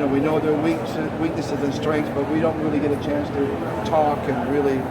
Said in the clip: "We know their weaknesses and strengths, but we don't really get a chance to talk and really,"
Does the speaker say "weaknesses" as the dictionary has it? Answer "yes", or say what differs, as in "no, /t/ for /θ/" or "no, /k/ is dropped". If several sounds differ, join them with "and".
yes